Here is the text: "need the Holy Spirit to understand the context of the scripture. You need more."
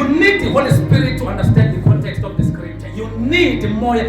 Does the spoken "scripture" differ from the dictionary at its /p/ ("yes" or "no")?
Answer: yes